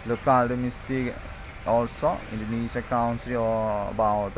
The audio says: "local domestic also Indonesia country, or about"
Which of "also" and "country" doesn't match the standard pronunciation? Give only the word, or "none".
country